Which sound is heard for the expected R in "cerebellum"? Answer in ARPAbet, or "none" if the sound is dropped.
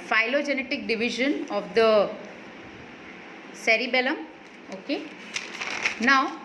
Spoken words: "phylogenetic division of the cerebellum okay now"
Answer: R